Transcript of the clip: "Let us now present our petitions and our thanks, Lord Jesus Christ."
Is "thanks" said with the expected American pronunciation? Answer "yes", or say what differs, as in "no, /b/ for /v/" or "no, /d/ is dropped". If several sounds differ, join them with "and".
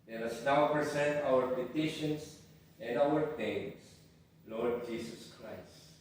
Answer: no, /k/ is dropped